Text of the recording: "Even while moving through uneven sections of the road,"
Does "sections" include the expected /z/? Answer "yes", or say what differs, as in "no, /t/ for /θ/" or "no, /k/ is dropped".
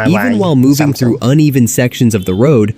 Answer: yes